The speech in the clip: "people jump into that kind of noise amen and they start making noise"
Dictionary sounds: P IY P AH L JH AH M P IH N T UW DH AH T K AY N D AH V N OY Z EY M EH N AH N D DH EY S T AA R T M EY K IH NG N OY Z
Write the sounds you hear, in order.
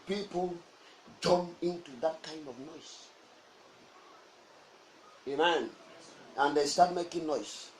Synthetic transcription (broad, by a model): P IY P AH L JH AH M IH N T UW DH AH T K AY N D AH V N OY S EY M EH N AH N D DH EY S T AA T M EY K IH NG N OY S